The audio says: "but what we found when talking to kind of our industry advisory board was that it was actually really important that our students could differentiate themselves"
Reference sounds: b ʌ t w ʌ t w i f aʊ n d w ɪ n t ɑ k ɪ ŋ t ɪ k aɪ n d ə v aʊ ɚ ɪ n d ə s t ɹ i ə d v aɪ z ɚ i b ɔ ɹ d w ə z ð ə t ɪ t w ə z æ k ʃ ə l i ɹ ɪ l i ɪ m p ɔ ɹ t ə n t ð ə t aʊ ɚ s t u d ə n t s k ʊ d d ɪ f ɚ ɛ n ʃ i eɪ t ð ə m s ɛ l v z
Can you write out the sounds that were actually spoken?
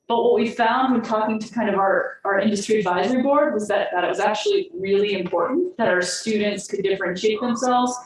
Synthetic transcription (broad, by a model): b ʌ t w ʌ t w i f aʊ n d w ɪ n t ɑ k ɪ ŋ t ɪ k aɪ n d ə v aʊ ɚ ɪ n d ə s t ɹ i ə d v aɪ z ɚ i b ɔ ɹ d w ə z ð ə t ɪ t w ə z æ k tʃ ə l i ɹ ɪ l i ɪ m p ɔ ɹ t n ð ə t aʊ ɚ s t u d n t s k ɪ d d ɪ f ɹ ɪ n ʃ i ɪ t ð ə m s ɛ l v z